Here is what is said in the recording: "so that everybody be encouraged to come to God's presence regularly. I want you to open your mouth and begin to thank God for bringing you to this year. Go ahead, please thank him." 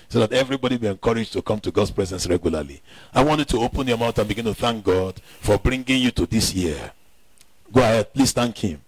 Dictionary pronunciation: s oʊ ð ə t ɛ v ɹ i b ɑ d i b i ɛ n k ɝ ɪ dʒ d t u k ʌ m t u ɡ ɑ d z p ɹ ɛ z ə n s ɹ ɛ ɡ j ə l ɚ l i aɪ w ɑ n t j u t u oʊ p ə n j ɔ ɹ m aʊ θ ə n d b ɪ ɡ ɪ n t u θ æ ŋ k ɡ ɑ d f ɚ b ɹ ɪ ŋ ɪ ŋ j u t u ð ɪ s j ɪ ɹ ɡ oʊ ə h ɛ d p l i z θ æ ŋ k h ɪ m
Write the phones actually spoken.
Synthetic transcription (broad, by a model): s oʊ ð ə t ɛ v ɹ i b ɑ d i b i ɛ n k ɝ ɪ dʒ t u k ʌ m t u ɡ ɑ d s p ɹ ɛ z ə n s ɹ ɛ ɡ j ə l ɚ l i aɪ w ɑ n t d t u oʊ p ə n j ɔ m aʊ t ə n b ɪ ɡ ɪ n t u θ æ ŋ k ɡ ɑ d f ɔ b ɹ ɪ ŋ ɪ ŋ j u t u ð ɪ s j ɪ ɡ oʊ ə h ɛ d p l i s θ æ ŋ k h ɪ m